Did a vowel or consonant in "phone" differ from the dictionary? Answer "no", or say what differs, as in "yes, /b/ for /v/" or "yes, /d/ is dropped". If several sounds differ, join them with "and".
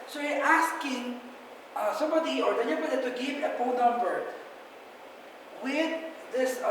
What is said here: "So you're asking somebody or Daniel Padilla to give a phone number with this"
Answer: yes, /p/ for /f/